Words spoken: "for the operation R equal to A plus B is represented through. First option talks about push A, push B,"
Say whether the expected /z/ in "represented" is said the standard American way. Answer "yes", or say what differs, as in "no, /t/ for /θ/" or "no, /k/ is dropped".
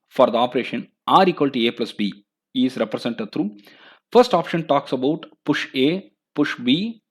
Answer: no, /s/ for /z/